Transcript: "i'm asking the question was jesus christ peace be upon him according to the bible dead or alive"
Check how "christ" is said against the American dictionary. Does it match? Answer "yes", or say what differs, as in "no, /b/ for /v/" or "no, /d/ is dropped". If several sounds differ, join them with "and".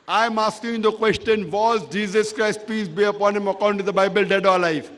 yes